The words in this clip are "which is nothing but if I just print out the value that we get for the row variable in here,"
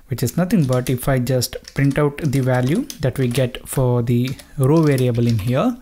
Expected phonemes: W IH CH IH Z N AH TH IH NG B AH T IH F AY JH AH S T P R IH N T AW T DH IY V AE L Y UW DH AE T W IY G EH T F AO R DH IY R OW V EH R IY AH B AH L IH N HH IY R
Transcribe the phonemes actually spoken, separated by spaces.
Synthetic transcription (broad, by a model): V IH CH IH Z N AH T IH NG B AH T IH F AY JH AH S T P R IH N T AW T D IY V AE L Y UW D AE T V IY G EH T F AO R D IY R OW V EH R IY AH B AH L IH N HH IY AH